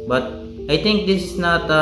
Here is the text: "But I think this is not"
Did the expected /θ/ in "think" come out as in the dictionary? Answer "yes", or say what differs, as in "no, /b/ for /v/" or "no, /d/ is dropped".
no, /t/ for /θ/